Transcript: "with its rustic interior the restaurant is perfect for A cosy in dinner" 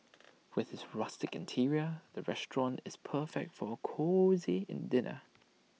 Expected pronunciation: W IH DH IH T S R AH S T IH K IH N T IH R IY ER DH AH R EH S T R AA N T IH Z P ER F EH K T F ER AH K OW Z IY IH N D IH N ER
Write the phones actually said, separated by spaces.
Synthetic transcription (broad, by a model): W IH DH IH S R AH S T IH K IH N T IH R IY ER DH AH R EH S T R AA N T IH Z P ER F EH K T F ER AH K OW Z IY IH N D IH N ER